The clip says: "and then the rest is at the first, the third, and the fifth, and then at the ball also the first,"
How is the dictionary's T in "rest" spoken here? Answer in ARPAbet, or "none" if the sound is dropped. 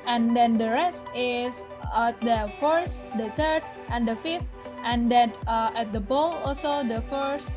T